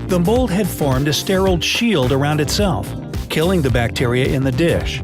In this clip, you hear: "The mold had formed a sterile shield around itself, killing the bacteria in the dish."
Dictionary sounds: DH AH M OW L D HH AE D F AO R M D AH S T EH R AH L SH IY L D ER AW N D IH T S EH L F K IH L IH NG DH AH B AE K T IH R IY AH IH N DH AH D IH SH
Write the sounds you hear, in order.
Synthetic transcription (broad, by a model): DH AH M OW L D HH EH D F AO R M D AH S T EH R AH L SH IY L D ER AW N D IH T S EH L F K IH L IH NG DH AH B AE K T IH R IY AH IH N DH AH D IH SH